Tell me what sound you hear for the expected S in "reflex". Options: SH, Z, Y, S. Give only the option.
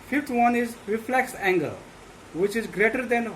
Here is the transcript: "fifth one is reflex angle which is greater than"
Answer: S